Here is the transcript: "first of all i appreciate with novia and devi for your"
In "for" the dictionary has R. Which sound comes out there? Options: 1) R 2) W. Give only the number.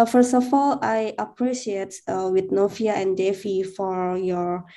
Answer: 1